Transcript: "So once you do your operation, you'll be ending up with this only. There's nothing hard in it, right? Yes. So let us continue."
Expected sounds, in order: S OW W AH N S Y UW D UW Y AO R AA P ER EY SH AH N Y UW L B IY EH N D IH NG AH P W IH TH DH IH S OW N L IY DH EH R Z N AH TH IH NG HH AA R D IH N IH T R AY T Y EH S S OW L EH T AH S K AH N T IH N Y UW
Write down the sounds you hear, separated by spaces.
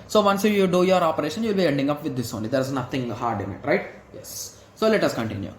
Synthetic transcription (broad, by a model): S OW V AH N S Y UW D UW Y AO R AA P ER EY SH AH N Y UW L B IY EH N D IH NG AH P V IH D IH S OW N L IY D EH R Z N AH T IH NG HH AA R D IH N IH T R AY T Y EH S S OW L EH T AH S K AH N T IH N Y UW